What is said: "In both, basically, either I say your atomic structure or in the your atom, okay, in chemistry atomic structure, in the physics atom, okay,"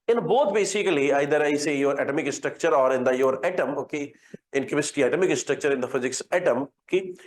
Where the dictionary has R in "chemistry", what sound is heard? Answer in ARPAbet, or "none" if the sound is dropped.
none